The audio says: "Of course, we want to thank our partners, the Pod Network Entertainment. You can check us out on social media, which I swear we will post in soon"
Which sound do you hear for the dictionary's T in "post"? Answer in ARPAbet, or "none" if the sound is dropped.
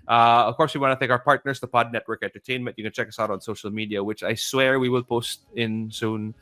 T